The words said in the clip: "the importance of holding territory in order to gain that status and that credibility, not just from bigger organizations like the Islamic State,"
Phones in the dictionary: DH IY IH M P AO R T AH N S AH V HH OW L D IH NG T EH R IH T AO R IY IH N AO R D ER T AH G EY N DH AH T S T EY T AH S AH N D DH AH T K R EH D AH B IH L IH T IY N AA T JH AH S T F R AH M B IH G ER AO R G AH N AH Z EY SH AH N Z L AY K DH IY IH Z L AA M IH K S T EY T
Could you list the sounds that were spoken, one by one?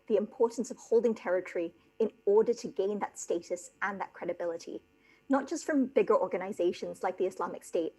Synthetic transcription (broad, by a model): DH IY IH M P AO R T N S AH V HH OW L D IH NG T EH R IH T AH R IY IH N AO R D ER T AH G EY N DH AH T S T EY T AH S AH N DH AH T K R EH D AH B IH L IH T IY N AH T JH AH S T F R AH M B IH G ER AO R G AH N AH Z EY SH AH N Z L AY K DH IY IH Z L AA M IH K S T EY T